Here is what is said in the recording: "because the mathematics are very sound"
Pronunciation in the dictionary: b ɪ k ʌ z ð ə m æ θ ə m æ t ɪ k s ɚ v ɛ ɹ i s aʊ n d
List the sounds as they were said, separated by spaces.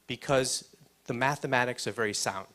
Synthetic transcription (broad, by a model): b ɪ k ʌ z ð ə m æ θ ə m æ t ɪ k s ɚ v ɛ ɹ i s aʊ n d